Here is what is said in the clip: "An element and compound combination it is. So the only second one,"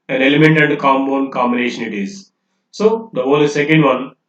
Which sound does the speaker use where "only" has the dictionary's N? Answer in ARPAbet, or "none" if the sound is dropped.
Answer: none